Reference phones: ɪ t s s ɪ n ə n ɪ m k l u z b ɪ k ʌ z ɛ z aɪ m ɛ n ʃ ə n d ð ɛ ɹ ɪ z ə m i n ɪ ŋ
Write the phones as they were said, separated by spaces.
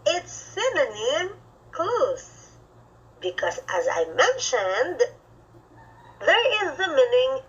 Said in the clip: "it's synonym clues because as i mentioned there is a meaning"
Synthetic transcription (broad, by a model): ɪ t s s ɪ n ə n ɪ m k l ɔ s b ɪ k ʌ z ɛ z aɪ m ɛ n ʃ ə n d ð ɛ ɹ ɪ z ə m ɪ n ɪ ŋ